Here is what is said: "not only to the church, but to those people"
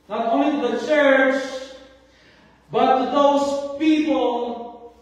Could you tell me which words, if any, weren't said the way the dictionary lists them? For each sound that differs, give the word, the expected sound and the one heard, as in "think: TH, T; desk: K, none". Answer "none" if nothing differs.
only: N, none